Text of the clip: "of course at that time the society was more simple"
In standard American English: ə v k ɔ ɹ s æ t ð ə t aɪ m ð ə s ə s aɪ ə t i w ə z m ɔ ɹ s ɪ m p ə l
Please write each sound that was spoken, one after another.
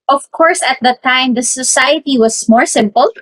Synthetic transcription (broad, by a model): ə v k ɔ ɹ s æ t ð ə t aɪ m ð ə s ə s aɪ ə t i w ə s m ɔ ɹ s ɪ m p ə l